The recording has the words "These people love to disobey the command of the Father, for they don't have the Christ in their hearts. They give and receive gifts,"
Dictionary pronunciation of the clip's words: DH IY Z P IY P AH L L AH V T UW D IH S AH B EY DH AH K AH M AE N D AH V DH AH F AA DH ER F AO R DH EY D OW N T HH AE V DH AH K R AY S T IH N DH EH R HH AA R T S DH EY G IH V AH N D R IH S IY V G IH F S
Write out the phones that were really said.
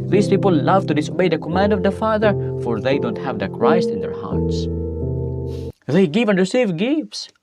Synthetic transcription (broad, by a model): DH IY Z P IY P AH L L AH V T UW D IH S AH B EY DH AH K AH M AE N D AH V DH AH F AA DH ER F AO R DH EY D OW N T HH AE V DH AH K R AY S T IH N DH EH R HH AA R T S DH EY G IH V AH N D R IH S IY V G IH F S